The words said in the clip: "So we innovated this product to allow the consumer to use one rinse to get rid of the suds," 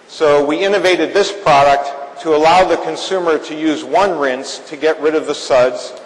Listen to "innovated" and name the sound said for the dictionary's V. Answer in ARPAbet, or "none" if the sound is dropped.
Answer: V